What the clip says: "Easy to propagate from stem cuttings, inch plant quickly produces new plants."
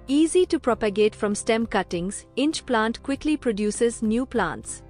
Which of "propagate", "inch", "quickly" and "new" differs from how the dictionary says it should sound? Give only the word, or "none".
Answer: none